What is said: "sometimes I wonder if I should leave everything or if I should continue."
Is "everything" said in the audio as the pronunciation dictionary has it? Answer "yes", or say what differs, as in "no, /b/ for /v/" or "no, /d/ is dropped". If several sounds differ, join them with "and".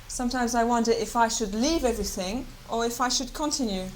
yes